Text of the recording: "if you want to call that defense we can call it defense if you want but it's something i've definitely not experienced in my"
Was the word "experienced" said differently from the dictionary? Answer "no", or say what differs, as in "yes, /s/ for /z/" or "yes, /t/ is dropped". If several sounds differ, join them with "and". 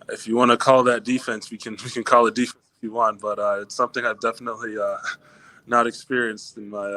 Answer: no